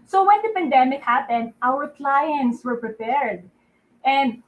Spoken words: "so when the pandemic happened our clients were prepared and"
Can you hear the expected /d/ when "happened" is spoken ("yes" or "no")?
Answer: yes